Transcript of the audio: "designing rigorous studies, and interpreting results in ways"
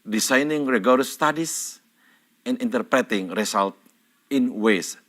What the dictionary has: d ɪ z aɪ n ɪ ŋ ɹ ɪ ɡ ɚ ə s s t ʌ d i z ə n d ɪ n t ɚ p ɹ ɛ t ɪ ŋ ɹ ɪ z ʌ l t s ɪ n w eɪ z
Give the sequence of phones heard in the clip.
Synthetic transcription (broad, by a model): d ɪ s aɪ n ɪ ŋ ɹ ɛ ɡ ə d s t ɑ d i s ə n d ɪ n t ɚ p ɹ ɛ t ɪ ŋ ɹ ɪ s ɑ l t ɪ n w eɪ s